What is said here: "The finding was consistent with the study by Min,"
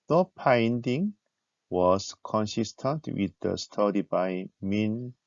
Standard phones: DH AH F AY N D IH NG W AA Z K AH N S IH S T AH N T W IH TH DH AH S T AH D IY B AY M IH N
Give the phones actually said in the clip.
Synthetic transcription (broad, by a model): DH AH P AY N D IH NG W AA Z K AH N S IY S T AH N T W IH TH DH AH S T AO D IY B AY M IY N